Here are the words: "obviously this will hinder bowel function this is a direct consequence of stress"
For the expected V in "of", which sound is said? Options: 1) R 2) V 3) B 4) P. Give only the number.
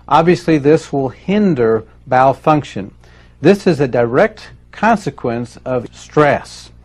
2